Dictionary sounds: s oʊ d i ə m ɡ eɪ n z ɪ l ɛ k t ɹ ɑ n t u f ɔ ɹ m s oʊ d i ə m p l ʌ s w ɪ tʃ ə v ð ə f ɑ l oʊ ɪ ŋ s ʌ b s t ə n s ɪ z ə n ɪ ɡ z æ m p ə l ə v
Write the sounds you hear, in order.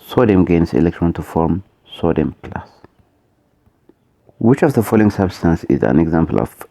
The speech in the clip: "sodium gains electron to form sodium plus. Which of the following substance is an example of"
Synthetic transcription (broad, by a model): s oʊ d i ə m ɡ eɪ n s ɪ l ɛ k t ɹ ɑ n t u f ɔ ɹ m s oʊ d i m p l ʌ s w ɪ tʃ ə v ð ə f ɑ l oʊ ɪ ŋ s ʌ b s t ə n s ɪ z ə n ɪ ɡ z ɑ m p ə l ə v